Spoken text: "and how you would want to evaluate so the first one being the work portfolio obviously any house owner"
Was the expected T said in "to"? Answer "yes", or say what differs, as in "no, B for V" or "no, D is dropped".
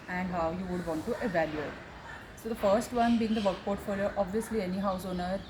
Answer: yes